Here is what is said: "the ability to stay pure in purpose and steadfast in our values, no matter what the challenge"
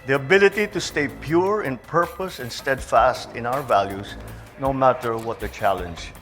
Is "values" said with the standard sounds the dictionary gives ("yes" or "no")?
no